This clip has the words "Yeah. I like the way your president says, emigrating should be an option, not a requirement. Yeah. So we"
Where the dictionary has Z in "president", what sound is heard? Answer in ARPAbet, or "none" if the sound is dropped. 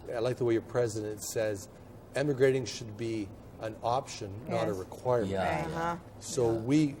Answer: Z